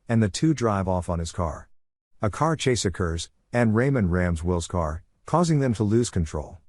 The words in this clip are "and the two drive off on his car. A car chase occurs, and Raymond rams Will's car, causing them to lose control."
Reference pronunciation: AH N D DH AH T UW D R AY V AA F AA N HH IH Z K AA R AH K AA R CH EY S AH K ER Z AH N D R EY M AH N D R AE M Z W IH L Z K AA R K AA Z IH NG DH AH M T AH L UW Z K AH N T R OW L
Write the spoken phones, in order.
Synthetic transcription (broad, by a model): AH N DH AH T UW D R AY V AA F N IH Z K AA R AH K AA R CH EY S AH K ER Z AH N R EY M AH N R AE M Z W IH L Z K AA R K AA Z IH NG DH AH M T AH L UW Z K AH N T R OW L